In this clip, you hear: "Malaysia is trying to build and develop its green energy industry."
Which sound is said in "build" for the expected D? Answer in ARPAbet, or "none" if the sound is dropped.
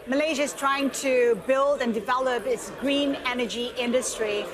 D